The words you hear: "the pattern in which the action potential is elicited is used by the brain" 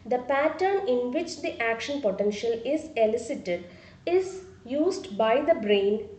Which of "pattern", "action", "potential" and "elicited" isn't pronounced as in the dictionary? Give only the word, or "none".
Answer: none